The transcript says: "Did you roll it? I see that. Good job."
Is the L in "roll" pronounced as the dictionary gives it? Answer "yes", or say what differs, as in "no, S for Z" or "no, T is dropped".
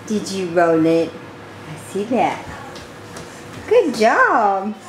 no, N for L